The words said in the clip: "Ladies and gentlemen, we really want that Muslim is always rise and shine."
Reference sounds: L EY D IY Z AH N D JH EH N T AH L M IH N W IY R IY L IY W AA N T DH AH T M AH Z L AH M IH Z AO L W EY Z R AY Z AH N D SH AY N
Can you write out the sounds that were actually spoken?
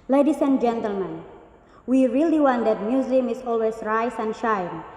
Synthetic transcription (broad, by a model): L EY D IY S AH N JH EH N T AH L M IH N W IY R IY L IY W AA N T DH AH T M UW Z AH M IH S AO L W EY S R AY S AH N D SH AY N